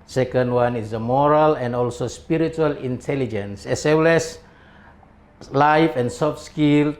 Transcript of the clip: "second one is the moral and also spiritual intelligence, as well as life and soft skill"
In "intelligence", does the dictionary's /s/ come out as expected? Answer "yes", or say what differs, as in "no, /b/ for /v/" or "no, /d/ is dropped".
yes